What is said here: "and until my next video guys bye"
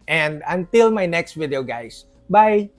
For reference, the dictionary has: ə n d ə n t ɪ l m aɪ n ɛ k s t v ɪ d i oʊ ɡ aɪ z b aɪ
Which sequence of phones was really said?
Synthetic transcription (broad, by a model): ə n d ə n t ɪ l m aɪ n ɛ k s t v ɪ d i oʊ ɡ aɪ s b aɪ